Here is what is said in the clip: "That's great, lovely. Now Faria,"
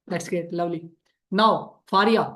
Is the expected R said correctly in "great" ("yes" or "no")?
no